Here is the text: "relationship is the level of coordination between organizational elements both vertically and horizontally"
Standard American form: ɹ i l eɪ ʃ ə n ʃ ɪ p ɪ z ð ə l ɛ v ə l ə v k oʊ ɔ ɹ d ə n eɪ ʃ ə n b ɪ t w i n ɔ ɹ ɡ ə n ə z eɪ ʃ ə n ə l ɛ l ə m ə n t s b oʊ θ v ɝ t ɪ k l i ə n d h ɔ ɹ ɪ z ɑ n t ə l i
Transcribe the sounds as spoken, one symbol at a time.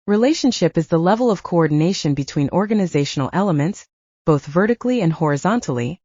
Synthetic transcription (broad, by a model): ɹ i l eɪ ʃ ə n ʃ ɪ p ɪ z ð ə l ɛ v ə l ə v k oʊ ɔ ɹ d n eɪ ʃ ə n b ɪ t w i n ɔ ɹ ɡ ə n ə z eɪ ʃ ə n l ɛ l ə m ə n t s b oʊ θ v ɝ t ɪ k l i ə n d h ɔ ɹ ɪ z ɑ n t l i